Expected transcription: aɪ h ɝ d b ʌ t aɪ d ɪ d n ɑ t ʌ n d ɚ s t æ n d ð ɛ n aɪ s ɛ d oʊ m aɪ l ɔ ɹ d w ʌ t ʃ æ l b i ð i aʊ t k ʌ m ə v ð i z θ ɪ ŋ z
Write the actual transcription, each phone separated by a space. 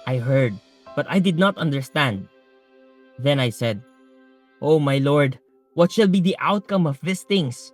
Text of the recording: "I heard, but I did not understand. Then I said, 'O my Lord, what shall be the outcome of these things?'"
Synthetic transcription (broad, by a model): aɪ h ɝ d b ʌ t aɪ d ɪ d n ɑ t ʌ n d ɚ s t æ n d ð ɛ n aɪ s ɛ d oʊ m aɪ l ɔ ɹ d w ʌ t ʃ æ l b i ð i aʊ t k ʌ m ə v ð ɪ s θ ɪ ŋ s